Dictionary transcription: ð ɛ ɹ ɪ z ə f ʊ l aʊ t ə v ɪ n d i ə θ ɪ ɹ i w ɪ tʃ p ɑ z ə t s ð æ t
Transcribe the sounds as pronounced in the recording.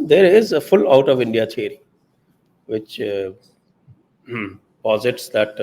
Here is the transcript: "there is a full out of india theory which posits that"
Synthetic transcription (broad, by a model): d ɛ ɹ ɪ z ə f ʊ l aʊ t ə v ɪ n d i ə t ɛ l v ɪ tʃ p ɑ z ə t s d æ t